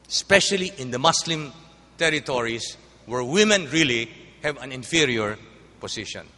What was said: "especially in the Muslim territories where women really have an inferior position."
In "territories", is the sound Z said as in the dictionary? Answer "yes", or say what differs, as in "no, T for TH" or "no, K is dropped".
no, S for Z